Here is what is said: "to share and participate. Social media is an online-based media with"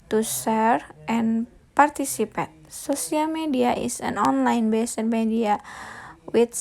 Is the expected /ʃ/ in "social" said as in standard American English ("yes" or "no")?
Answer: no